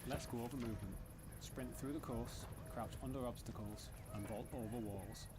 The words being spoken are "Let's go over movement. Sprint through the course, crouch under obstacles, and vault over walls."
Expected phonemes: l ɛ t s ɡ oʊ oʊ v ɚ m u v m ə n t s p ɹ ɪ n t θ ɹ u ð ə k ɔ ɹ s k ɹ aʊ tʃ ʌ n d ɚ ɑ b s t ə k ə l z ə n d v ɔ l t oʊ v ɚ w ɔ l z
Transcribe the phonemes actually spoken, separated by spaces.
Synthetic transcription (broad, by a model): l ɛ t s ɡ oʊ oʊ v ɚ m u v m ə n t s p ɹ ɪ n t θ ɹ u ð ə k ɔ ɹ s k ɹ aʊ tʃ ʌ n d ɚ ɑ b s t ə k ə l z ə n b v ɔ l t oʊ v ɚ w ɔ l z